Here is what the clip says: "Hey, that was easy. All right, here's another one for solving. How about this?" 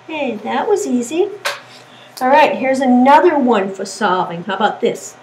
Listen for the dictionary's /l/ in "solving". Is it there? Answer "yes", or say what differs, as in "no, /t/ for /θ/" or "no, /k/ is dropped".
no, /l/ is dropped